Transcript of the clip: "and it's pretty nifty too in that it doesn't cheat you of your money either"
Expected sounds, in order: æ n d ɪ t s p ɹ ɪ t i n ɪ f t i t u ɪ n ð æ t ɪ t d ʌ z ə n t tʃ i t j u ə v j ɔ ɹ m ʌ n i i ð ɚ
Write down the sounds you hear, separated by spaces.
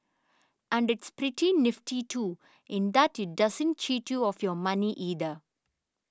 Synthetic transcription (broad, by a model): æ n d ɪ t s p ɹ ɪ t i n ɪ f t i t u ɪ n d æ t ɪ t d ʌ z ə n t tʃ i t j u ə f j ɔ ɹ m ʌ n i i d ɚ